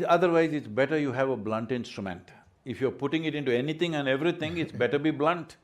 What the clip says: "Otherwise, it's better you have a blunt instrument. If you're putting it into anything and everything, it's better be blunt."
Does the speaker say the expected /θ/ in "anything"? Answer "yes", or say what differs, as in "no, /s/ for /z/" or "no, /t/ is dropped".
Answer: no, /t/ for /θ/